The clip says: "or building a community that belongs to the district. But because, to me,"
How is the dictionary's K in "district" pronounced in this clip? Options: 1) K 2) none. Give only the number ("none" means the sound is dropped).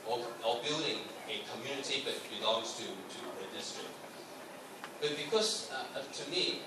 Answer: 2